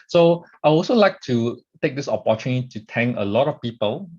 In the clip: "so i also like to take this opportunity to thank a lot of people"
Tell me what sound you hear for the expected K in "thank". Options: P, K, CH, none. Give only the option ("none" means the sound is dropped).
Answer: none